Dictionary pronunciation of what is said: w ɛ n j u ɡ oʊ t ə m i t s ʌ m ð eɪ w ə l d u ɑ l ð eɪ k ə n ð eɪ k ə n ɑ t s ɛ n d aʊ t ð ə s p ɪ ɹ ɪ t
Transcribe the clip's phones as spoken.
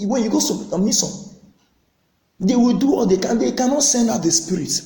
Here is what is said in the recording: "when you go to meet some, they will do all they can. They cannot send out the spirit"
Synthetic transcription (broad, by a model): w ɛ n j u ɡ oʊ s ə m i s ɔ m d eɪ w ə l d u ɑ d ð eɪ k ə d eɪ k ə n ɑ t s ɛ n d aʊ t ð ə s p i ɹ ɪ t